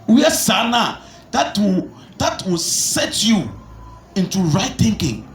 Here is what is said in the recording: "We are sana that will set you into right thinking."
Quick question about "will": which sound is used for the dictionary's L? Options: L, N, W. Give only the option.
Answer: W